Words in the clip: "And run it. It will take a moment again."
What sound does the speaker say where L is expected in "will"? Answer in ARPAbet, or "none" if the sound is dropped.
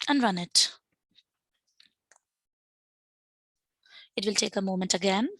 L